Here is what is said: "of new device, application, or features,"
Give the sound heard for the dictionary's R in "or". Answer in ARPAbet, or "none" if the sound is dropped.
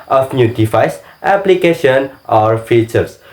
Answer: R